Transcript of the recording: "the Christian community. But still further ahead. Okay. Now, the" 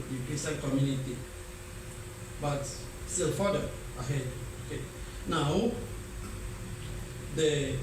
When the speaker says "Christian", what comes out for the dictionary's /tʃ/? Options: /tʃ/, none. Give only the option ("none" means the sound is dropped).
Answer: none